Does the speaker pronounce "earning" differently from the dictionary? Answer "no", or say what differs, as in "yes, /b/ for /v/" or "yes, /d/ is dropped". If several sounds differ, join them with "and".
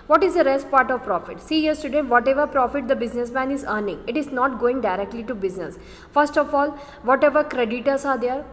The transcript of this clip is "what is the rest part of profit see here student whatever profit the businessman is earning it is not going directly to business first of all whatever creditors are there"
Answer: no